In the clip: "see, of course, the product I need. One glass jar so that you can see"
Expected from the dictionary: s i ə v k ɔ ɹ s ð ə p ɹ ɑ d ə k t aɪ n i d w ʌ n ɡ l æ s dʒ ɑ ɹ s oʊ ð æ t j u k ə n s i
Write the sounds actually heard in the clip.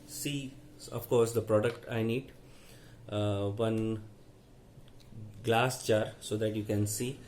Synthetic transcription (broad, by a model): s i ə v k ɔ ɹ s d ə p ɹ ɑ d ə k t aɪ n i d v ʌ n ɡ l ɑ s tʃ ɑ ɹ s oʊ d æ t j u k ə n s i